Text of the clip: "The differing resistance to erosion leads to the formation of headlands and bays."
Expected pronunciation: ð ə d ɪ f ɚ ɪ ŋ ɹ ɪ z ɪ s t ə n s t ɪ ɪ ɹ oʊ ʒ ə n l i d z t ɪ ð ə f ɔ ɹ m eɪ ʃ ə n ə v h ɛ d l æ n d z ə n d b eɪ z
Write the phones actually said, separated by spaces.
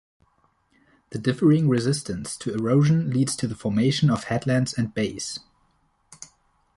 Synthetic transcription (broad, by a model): ð ə d ɪ f ɚ ɪ ŋ ɹ ɪ z ɪ s t ə n s t ɪ ɪ ɹ oʊ ʒ ə n l i d z t ɪ ð ə f ɔ ɹ m eɪ ʃ ə n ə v h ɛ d l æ n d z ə n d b eɪ s